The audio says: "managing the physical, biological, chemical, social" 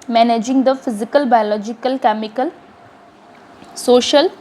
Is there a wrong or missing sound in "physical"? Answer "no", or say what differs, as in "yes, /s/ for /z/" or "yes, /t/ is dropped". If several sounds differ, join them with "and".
no